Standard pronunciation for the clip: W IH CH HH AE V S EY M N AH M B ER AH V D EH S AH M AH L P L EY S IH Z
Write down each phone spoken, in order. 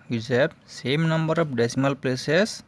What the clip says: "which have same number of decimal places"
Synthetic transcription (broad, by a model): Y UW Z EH B S EY M N AH M B ER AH P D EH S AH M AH L P L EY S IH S